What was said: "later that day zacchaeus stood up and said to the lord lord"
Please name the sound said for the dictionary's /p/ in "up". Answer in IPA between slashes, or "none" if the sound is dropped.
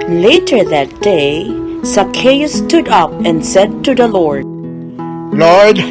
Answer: /p/